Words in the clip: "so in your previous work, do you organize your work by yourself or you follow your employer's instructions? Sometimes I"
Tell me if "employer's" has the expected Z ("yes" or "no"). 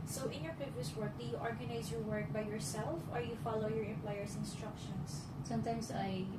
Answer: no